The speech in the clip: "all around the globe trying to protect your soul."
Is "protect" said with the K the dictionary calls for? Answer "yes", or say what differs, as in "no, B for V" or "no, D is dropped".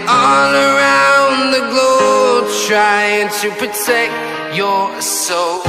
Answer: yes